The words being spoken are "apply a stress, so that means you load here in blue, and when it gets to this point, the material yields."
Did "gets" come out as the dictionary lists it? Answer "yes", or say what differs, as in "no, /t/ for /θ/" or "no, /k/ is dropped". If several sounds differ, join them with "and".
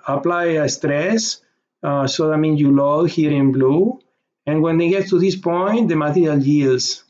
no, /s/ is dropped